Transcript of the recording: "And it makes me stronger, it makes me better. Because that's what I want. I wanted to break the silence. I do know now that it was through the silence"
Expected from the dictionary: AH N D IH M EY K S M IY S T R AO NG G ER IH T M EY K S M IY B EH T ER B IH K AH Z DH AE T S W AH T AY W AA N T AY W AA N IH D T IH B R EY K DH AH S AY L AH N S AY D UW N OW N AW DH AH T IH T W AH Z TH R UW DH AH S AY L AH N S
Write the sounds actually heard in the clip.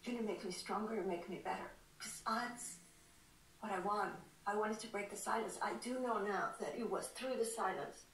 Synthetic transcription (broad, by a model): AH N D IH M EY K M IY S T R AO NG G ER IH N M EY K M IY B EH T ER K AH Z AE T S W AH T AY W AA N T AY W AA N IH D T IH B R EY K DH AH S AY L AH N S AY D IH N OW N AW DH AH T IH T W AH Z TH R UW DH AH S AY L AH N S